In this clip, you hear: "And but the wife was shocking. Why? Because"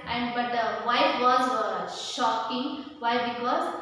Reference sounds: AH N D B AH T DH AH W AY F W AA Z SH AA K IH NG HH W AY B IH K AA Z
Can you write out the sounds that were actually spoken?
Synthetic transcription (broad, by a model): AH N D B AH T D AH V AY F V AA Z SH AA K IH NG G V AY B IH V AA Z